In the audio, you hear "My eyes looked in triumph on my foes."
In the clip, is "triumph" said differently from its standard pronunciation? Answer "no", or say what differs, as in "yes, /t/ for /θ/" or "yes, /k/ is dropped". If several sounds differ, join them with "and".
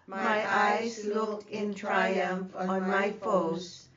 no